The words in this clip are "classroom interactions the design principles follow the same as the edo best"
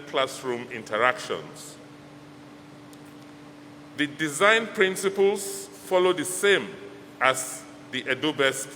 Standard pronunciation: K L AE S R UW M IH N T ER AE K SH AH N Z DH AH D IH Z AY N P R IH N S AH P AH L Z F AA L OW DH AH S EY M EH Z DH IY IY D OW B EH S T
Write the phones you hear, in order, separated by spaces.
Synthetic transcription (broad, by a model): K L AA S R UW M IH N T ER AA K SH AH N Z DH AH D IH Z AY N P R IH N S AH P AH L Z F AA L OW DH AH S EY M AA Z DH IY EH D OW B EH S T